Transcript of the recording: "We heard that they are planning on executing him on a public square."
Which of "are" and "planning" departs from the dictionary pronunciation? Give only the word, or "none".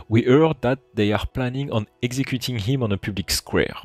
none